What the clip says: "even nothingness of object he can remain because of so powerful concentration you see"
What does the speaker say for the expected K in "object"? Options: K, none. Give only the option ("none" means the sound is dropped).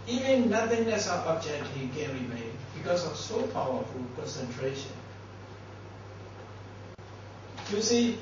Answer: none